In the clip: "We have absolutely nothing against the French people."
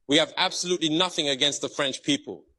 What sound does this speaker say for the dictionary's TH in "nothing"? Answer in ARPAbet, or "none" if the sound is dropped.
TH